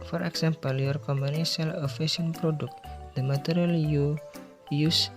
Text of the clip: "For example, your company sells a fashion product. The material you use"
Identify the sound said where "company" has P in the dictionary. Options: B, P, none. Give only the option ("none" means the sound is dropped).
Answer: B